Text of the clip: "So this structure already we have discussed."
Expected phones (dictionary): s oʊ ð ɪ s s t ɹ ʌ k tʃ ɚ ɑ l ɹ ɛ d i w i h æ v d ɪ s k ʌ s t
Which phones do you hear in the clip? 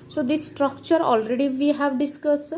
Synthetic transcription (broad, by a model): s oʊ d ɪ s s t ɹ ʌ k tʃ ɚ ɑ l ɹ ɛ d i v i h æ v d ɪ s k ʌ s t